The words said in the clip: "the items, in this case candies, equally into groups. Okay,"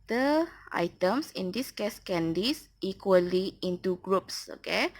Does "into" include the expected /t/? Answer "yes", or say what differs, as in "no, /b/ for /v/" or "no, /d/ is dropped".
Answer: yes